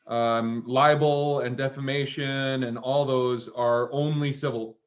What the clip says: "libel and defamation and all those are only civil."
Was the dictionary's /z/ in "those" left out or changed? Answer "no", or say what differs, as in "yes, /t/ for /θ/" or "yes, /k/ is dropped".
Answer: no